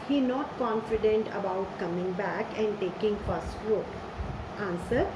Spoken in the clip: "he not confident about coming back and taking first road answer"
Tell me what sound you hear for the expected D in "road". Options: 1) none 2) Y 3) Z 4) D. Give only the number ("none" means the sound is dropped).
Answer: 1